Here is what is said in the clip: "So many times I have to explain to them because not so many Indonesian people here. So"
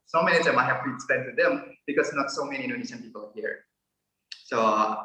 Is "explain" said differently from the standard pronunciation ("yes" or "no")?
yes